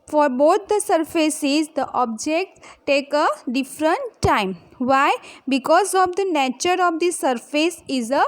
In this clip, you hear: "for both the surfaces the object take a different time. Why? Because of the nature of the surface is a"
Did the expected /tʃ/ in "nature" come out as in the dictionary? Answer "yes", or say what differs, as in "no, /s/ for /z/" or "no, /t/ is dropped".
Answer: yes